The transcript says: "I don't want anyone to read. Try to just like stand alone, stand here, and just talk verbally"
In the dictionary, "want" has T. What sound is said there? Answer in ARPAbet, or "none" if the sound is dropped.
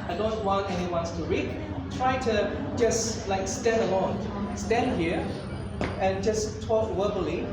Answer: none